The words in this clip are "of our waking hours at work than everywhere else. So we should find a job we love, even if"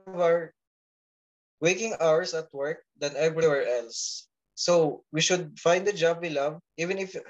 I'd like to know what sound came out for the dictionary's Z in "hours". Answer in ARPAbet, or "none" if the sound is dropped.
S